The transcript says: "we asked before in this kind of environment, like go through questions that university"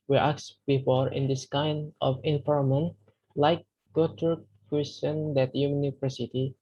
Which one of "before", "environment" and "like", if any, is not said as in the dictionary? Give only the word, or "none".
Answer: environment